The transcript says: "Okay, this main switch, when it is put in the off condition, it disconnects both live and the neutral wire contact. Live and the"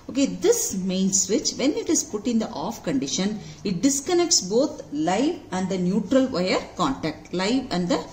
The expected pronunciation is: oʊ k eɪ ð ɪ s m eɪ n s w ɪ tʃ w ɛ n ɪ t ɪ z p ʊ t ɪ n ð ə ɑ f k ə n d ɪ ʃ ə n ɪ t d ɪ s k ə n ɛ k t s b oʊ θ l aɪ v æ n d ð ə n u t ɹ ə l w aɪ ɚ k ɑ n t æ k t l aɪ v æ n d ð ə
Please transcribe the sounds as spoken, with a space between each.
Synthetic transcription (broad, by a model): oʊ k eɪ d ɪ s m eɪ n s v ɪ tʃ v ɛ n ɪ t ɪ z p ʊ t ɪ n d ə ɑ f k ə n d ɪ ʃ ə n ɪ t d ɪ s k ə n ɛ k t s b oʊ t l aɪ v æ n d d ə n u t ɹ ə l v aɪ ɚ k ɑ n t æ k t l aɪ v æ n d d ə